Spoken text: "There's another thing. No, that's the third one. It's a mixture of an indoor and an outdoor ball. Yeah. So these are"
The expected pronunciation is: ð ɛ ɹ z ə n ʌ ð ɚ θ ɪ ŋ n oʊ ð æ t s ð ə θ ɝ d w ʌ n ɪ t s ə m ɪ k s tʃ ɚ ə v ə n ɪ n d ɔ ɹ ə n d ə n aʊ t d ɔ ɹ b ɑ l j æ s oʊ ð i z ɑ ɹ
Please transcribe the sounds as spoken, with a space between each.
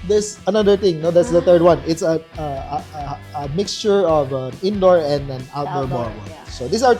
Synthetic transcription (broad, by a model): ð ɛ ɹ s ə n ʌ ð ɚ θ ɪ ŋ n oʊ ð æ t s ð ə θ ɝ d w ʌ n ɪ t s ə m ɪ k s tʃ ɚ ə v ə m ɪ n d ɔ ɹ ə n d ə n aʊ t d ɔ ɹ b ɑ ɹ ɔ s oʊ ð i s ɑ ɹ